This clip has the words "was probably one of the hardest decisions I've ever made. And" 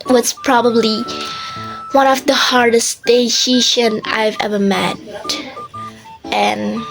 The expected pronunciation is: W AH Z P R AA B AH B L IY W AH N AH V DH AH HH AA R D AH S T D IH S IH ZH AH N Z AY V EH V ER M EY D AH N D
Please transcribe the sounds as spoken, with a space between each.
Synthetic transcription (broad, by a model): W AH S P R AA B AH B L IY W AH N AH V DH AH HH AA R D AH S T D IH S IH SH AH N AY V EH V ER M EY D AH N